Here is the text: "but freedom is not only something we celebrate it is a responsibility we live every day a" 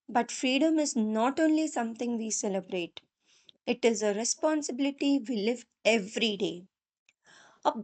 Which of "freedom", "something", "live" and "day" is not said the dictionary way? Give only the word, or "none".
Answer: something